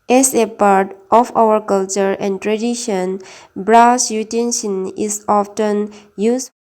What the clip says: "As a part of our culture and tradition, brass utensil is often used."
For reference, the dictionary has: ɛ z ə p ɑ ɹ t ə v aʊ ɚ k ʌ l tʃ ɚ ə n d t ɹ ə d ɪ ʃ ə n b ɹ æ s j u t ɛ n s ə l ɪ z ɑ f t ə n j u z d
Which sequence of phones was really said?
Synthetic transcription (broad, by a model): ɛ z ə p ɑ ɹ t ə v aʊ ɚ k ʌ l tʃ ɚ ə n d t ɹ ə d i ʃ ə n b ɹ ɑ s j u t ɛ n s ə n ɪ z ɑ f t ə n j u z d